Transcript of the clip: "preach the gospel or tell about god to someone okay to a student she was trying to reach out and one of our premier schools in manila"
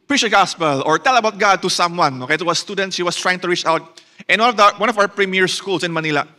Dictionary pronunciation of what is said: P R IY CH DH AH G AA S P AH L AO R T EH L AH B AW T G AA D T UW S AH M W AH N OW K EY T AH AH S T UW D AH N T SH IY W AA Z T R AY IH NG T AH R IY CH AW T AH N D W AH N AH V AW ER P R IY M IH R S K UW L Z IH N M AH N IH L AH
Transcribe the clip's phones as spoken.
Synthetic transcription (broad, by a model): P R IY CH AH G AA S P AH L AO R T EH L AH B AW T G AA D T UW S AH M W AH N OW K EY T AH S S T UW D AH N T SH IY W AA S T R AY IH NG T AH R IY CH AW T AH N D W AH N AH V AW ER P R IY M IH R S K UW L S IH N M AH N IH L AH